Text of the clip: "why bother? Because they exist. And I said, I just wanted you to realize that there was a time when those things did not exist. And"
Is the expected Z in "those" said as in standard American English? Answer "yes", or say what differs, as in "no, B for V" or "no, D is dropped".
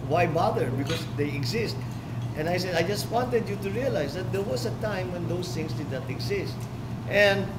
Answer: no, S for Z